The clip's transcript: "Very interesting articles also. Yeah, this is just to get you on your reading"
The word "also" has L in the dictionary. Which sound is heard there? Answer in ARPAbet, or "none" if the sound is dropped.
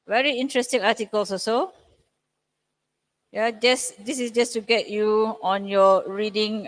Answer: none